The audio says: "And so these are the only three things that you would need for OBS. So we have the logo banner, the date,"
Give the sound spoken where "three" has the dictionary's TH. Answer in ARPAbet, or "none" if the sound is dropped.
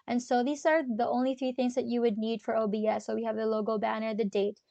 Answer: TH